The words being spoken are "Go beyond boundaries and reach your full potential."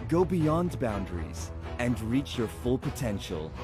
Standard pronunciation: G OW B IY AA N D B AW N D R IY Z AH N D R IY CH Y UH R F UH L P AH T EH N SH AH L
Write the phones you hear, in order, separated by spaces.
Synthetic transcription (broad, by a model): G OW B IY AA N D B AW N D R IY Z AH N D R IY CH Y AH R F UH L P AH T EH N SH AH L